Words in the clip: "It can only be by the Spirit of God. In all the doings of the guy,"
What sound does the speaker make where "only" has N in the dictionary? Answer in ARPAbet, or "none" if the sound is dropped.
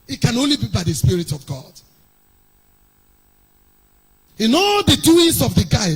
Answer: N